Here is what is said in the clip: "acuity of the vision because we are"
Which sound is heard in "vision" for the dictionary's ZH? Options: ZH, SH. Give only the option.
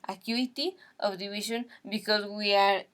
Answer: SH